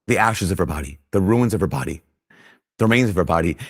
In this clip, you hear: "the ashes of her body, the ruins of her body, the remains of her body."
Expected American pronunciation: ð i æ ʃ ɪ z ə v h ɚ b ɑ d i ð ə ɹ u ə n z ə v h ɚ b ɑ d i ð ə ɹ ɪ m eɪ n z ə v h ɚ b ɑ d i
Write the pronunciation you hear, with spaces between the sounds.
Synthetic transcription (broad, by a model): ð i æ ʃ ɪ z ə v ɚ b ɑ d i ð ə ɹ u ə n z ə v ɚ b ɑ d i ð ə ɹ ɪ m eɪ n z ə v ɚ b ɑ d i